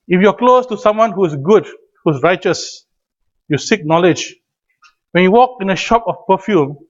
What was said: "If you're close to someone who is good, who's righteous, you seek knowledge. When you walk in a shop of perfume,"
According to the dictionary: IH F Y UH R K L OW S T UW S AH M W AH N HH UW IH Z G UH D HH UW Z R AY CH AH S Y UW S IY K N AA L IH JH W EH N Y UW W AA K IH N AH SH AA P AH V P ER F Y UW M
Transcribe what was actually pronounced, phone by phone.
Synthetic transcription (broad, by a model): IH F Y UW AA K L OW S T UW S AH M W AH N HH UW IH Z G UH D HH UW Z R AY CH AH S Y UW S IY K N AA L IH JH W EH N Y UW W AA K IH N AH SH AA P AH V P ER F Y UW M